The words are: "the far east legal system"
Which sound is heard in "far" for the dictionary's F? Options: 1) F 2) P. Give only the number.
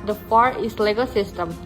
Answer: 2